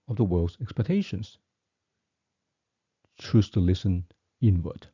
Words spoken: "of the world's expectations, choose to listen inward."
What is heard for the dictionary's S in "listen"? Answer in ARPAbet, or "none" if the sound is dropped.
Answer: S